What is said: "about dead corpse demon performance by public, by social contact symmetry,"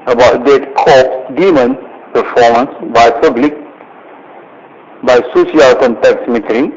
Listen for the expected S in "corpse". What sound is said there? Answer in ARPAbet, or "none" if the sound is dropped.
none